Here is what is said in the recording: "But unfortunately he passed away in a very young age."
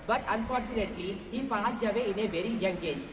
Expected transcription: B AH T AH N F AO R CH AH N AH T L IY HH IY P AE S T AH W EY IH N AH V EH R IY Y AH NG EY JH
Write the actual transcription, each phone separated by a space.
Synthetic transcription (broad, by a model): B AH T AH N F AO R CH AH N AH T L IY HH IY F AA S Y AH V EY IH N AH V EH R IY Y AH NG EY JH